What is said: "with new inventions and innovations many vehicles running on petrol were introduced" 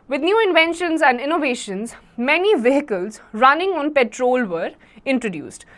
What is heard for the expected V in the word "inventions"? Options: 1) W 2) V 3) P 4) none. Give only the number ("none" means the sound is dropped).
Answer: 2